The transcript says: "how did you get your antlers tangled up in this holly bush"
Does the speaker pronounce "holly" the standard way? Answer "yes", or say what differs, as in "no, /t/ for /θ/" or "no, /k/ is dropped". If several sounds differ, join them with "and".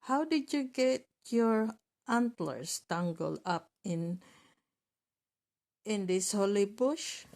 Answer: yes